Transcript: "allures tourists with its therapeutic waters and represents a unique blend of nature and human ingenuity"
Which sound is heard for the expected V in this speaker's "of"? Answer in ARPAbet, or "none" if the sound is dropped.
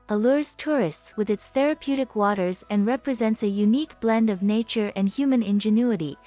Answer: V